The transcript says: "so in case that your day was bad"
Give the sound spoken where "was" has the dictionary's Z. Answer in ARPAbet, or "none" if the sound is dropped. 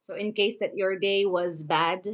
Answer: Z